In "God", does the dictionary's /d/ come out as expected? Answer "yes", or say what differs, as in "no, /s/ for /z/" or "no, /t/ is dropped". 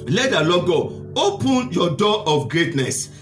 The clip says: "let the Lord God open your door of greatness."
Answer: no, /d/ is dropped